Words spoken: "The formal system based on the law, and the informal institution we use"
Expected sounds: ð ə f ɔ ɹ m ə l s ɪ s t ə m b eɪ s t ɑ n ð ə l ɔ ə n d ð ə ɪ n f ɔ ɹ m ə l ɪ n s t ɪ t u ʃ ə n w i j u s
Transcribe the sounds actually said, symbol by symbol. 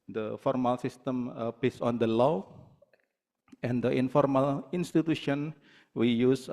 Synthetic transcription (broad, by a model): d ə f ɔ ɹ m ə l s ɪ s t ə m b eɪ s ɑ n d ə l ɔ ə n d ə ɪ n f ɔ ɹ m ə l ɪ n s t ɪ t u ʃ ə n w i j u s